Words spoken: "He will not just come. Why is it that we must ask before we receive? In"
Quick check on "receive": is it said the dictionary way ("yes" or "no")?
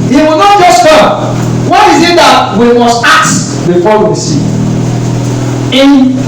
no